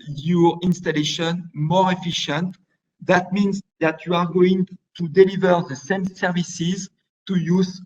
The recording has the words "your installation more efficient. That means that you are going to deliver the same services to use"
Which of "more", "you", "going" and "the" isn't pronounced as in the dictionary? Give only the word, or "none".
none